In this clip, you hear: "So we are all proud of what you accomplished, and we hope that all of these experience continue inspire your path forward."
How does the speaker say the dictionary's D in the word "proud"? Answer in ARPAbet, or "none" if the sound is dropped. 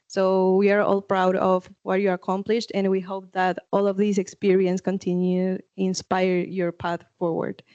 D